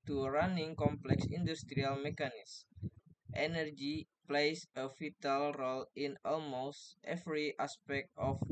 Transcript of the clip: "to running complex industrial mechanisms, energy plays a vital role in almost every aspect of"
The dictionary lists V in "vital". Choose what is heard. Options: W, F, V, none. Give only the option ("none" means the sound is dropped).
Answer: F